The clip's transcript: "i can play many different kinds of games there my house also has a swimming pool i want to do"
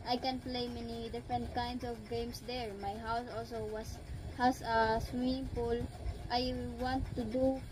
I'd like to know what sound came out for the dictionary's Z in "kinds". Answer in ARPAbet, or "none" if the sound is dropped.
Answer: S